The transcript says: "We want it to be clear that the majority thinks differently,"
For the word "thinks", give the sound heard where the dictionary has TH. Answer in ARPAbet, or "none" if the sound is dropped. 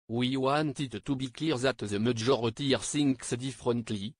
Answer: S